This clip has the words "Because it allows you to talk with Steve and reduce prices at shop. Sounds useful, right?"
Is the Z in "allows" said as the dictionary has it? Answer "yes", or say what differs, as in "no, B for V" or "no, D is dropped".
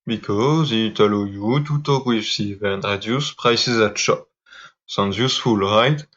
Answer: no, Z is dropped